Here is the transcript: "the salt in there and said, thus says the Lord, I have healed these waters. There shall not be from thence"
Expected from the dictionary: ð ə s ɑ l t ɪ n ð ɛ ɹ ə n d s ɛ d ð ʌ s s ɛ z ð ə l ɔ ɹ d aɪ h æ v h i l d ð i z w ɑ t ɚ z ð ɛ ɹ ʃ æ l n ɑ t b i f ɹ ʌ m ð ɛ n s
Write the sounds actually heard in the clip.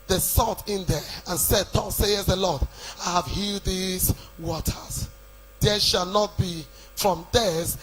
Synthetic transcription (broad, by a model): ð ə s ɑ t ɪ n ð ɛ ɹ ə n s ɛ d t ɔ s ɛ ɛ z ð ə l ɔ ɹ d aɪ h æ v h i l d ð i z w ɑ t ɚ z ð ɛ ʃ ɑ l n ɑ t b i f ɹ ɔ m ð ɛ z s